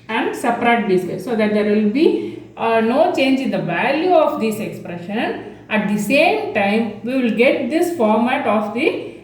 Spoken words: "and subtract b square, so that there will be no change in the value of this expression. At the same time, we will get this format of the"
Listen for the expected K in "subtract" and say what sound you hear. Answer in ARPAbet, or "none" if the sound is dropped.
none